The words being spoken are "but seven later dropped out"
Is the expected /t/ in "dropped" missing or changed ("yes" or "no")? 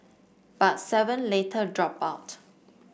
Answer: yes